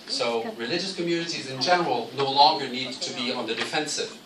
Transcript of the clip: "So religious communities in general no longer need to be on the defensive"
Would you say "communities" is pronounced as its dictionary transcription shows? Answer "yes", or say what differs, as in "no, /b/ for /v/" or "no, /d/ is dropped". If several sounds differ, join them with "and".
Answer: yes